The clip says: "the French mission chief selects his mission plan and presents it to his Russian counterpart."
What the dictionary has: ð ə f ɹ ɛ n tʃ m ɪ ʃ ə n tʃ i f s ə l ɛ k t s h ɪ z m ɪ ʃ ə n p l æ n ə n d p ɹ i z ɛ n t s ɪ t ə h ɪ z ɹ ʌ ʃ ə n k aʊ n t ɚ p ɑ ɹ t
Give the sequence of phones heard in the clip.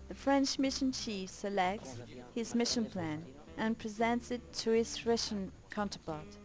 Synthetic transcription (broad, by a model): ð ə f ɹ ɛ n tʃ m ɪ ʃ ə n tʃ i f s ə l ɛ k t s h ɪ z m ɪ ʃ ə n p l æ n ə n p ɹ i z ɛ n t s ɪ t ə ɪ s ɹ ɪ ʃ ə n k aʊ n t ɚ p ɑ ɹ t